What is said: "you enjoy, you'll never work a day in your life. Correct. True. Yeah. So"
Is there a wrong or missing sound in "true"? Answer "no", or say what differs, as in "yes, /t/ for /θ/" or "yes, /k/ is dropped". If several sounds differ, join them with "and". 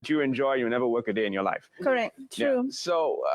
yes, /ɹ/ is dropped